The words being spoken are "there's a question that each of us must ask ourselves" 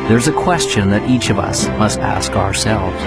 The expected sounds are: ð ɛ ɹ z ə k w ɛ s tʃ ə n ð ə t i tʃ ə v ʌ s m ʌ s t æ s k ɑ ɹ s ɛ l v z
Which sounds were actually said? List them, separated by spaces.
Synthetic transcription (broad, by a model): ð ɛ ɹ z ə k w ɛ s tʃ ə n ð ə t i tʃ ə v ʌ s m ʌ s t æ s k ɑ ɹ s ɛ l v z